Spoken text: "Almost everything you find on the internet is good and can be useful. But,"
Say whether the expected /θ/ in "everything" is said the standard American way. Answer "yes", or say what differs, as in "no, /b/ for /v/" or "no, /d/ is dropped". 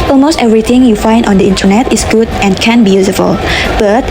no, /t/ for /θ/